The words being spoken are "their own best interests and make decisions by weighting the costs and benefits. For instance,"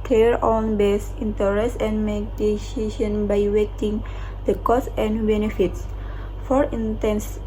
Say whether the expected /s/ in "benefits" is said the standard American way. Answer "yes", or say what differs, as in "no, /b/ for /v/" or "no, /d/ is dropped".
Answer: yes